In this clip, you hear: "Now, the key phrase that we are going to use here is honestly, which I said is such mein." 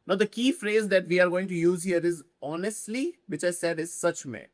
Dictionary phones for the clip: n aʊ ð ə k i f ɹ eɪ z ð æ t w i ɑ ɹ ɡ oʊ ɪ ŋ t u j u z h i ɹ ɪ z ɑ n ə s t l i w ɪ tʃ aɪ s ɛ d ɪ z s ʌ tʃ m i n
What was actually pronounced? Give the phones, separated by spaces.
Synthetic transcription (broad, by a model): n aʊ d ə k i f ɹ eɪ z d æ t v i ɑ ɹ ɡ oʊ ɪ ŋ t u j u z h i ɹ ɪ z ɑ n ə s t l i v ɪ tʃ aɪ s ɛ d ɪ z s ʌ tʃ m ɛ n